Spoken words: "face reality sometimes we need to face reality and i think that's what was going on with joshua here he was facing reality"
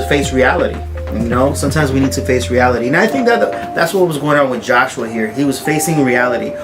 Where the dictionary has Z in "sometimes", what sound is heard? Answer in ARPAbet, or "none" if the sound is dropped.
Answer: Z